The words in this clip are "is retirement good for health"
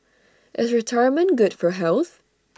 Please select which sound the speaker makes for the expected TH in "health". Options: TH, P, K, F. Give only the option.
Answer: TH